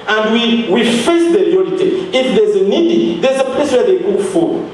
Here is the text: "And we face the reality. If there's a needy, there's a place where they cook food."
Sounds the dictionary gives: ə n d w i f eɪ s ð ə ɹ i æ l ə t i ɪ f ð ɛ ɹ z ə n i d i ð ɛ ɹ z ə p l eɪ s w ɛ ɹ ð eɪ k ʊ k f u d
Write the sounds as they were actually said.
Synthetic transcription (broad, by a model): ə n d w i f eɪ s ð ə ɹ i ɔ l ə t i ɪ f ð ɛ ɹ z ə n i d i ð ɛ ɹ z ə p l eɪ s w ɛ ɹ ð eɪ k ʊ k f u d